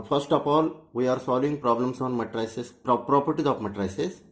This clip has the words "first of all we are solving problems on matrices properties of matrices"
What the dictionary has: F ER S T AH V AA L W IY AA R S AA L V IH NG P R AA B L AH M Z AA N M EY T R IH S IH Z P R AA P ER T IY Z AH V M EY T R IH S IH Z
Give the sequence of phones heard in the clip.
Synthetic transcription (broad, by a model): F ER S T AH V AA L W IY AA R S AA L V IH NG P R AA B L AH M S AA N M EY T R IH S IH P P R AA P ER T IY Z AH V M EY T R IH S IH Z